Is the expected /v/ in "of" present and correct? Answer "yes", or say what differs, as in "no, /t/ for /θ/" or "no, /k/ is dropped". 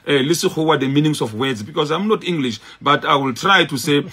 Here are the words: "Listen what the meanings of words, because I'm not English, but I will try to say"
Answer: no, /f/ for /v/